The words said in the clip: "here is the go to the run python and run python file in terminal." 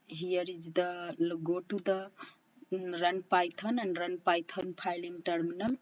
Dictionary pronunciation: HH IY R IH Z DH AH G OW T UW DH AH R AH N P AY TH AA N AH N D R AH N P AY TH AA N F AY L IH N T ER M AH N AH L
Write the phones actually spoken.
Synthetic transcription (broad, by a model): HH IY R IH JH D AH G OW T UW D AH R AH N P AY T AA N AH N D R AH N P AY T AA N P AY L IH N T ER M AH N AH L